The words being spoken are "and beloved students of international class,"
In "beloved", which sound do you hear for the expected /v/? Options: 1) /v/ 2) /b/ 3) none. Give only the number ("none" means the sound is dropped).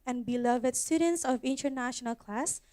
1